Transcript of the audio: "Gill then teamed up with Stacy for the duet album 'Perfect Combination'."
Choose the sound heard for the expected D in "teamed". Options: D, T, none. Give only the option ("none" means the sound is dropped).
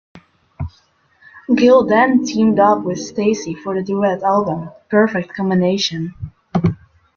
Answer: D